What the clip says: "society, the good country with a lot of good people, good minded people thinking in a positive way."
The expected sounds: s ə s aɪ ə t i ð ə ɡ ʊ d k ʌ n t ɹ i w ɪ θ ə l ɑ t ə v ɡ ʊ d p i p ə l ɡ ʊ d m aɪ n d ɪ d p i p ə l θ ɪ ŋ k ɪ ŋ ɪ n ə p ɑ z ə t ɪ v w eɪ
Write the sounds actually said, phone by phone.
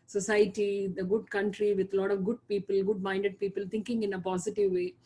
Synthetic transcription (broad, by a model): s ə s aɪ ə t i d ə ɡ ʊ d k ʌ n t ɹ i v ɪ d ə l ɑ t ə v ɡ ʊ d p i p ə l ɡ ʊ d m aɪ n d ɪ d p i p ə l t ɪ ŋ k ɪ ŋ ɪ n ə p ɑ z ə t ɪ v eɪ